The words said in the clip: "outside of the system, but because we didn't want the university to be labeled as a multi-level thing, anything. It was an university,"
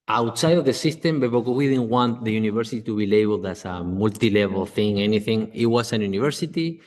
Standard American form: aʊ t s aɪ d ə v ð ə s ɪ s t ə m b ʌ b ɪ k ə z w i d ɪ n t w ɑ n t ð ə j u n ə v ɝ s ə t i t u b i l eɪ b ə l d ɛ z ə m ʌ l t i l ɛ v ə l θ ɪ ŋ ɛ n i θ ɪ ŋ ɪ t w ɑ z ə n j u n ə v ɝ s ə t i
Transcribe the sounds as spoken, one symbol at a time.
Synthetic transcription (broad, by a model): aʊ t s aɪ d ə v ð ə s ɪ s t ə m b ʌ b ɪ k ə w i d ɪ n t w ɑ n t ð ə j u n ə v ɝ s ə t i t u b i l eɪ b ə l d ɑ s ə m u l t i l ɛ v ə l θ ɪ ŋ ɛ n i θ ɪ ŋ ɪ t w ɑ s ə n j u n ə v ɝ s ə t i